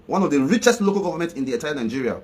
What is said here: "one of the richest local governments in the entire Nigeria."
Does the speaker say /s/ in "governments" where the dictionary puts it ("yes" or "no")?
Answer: no